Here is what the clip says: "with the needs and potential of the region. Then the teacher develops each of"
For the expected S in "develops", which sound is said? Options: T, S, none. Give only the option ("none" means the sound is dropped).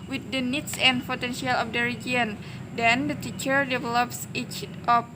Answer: S